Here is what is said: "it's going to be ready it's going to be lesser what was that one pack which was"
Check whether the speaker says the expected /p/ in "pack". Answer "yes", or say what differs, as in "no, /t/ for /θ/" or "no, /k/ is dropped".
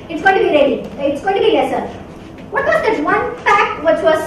no, /f/ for /p/